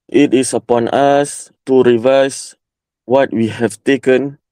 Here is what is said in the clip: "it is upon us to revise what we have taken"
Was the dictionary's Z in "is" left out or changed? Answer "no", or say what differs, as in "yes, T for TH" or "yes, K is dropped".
yes, S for Z